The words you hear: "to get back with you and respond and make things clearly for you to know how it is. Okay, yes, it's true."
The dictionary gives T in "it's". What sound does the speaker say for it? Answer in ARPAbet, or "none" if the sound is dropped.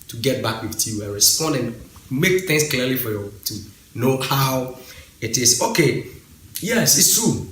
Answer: S